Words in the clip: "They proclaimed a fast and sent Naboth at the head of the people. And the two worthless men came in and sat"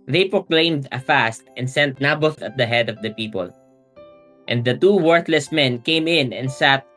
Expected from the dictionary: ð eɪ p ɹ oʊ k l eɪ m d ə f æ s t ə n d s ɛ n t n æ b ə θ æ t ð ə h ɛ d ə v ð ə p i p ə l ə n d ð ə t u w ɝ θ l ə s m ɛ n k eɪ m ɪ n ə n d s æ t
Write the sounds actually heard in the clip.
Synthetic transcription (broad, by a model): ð eɪ p ɹ oʊ k l eɪ m d ə f æ s t ə n d s ɛ n t n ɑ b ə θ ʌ t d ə h ɛ d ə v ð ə p i p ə l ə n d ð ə t u w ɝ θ l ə s m ɛ n k eɪ m ɪ n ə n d s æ t